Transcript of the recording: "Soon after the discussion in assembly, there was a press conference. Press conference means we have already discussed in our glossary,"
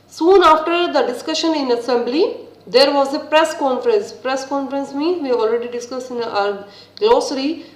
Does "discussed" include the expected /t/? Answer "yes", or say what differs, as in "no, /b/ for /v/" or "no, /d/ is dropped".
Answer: no, /t/ is dropped